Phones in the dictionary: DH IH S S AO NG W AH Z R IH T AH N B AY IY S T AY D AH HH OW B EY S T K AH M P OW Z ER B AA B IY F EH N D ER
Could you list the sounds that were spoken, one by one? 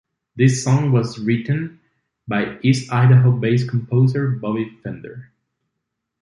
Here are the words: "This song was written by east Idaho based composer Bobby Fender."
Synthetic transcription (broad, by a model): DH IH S S AO NG W AH Z R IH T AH N B AY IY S AY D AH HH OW B EY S K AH M P OW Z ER B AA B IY F EH N D ER